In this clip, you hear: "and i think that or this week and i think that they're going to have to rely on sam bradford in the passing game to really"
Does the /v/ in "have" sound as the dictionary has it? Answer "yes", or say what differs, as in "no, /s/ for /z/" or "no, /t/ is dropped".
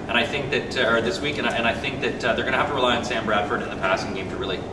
no, /f/ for /v/